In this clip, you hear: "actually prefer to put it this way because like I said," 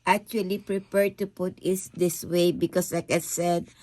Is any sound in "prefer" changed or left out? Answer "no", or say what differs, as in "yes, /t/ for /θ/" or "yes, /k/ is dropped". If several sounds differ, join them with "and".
yes, /p/ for /f/